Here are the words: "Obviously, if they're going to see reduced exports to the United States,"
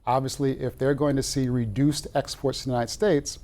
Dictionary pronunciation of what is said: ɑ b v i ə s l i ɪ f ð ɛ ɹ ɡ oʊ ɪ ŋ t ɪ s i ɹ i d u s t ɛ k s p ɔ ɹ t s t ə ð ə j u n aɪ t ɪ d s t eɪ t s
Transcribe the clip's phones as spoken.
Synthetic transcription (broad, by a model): ɑ b v i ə s l i ɪ f ð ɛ ɹ ɡ oʊ ɪ ŋ t ɪ s i ɹ i d u s t ɛ k s p ɔ ɹ t s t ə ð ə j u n aɪ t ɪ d s t eɪ t s